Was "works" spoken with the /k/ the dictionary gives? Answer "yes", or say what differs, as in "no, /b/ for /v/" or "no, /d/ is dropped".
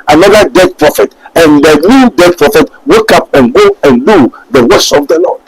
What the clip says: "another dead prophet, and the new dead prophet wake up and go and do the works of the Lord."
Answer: no, /k/ is dropped